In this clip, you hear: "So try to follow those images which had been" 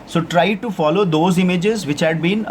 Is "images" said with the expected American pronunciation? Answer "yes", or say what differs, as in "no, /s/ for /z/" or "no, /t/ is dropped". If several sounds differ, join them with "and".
yes